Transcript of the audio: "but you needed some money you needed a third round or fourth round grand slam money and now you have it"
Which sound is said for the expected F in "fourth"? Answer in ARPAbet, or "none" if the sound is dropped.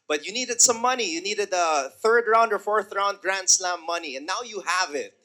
F